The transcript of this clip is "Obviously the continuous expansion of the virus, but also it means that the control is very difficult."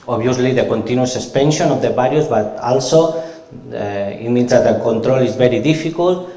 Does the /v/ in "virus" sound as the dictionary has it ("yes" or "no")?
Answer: no